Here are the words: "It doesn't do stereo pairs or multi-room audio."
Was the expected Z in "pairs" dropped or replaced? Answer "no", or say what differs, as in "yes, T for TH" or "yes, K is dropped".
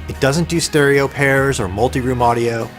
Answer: no